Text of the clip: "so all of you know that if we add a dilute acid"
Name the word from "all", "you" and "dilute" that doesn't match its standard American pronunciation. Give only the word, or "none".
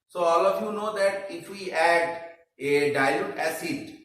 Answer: dilute